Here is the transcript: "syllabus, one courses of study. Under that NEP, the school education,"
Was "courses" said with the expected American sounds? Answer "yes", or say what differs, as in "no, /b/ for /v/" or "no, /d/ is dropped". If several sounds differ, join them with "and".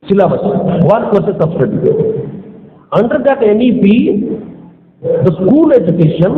no, /s/ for /z/